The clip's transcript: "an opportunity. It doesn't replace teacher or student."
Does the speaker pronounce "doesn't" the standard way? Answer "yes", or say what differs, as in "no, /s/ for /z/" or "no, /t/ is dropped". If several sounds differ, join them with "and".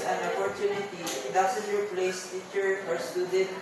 no, /s/ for /z/